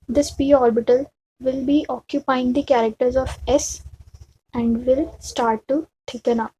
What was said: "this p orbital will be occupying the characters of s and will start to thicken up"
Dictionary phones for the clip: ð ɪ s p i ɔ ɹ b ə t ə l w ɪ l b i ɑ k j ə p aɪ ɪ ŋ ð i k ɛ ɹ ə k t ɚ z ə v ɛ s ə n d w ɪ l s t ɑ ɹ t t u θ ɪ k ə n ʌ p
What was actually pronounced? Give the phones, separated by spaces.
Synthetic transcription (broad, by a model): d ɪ s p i ɔ ɹ b ə t ə l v ɪ l b i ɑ k j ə p aɪ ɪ ŋ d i k ɛ ɹ ə k t ɚ z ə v ɛ s ə n d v ɪ l s t ɑ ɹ t t u t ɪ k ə n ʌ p